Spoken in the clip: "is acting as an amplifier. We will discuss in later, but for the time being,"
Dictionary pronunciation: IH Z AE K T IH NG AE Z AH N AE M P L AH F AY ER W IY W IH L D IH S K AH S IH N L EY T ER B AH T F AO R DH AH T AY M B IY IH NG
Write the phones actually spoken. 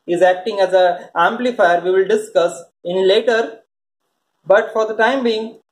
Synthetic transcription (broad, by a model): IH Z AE K T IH NG AE Z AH AE M P L AH F AY ER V IY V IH L D IH S K AH S IH N L EY T ER B AH T F AO R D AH T AY M B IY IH NG